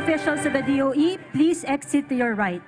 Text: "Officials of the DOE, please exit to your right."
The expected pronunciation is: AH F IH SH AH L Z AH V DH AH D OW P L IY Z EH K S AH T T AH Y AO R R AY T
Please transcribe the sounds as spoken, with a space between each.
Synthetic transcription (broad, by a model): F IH SH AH L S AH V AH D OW P L IY S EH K S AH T T AH Y AO R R AY T